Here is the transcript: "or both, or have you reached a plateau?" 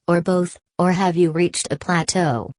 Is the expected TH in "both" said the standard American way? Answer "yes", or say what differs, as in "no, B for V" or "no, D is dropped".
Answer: yes